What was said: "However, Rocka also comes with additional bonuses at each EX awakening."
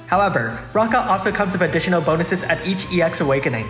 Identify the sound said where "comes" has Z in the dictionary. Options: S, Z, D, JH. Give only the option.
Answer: Z